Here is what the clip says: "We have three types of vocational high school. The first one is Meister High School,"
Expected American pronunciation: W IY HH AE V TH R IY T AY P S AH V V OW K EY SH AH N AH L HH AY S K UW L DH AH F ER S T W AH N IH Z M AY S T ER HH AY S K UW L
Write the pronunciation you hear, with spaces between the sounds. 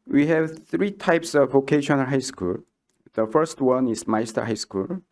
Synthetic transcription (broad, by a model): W IY HH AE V TH R IY T AY P S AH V V OW K EY SH AH N AH L HH AY S K UW L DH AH F ER S T W AH N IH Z M AY S T ER HH AY S K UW L